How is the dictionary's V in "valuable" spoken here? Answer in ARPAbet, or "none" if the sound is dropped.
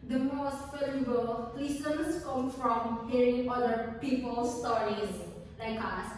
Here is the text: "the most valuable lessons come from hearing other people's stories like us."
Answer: F